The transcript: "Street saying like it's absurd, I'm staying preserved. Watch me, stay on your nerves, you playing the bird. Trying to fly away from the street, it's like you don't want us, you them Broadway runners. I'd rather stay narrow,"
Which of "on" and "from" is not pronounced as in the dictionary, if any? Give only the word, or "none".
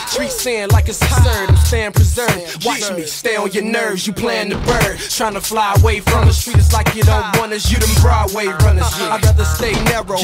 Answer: on